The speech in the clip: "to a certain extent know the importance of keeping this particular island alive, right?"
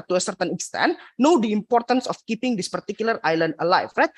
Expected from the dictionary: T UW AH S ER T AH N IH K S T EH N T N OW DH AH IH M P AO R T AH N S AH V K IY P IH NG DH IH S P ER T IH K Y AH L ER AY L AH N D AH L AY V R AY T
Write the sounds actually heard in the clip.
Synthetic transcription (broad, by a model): T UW AH S ER T AH N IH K S T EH N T N OW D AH IH M P AO R T AH N S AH F K IY P IH NG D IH S P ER T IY K Y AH L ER AY L AH N D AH L AY F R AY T